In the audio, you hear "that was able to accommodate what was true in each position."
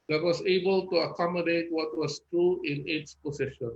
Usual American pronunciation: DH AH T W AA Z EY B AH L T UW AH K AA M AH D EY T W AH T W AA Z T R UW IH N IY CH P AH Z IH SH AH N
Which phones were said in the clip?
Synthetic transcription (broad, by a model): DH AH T W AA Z EY B AH L T UW AH K AA M AH D EY T W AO T W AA S T R UW IH N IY S P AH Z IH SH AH N